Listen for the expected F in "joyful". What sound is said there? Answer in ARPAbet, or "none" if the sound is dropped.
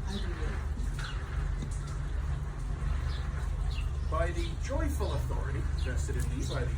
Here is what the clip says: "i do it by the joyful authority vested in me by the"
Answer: F